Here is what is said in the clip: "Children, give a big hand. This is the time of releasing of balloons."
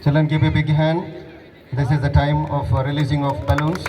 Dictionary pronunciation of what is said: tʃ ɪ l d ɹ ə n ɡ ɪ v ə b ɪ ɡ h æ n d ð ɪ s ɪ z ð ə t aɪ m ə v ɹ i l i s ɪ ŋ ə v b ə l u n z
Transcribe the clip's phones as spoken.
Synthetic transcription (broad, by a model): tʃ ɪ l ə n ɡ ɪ p ə b ɪ ɡ h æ n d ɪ s ɪ z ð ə t aɪ m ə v ɹ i l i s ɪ ŋ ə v b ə l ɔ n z